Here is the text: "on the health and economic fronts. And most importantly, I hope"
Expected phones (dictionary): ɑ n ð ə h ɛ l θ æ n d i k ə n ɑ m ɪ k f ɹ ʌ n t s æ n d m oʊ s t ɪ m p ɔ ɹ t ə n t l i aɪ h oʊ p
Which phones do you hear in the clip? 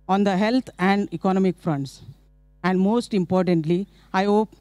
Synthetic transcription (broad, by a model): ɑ n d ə h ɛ l t æ n d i k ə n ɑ m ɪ k f ɹ ʌ n t s æ n d m oʊ s t ɪ m p ɔ ɹ t ə n t l i aɪ h oʊ p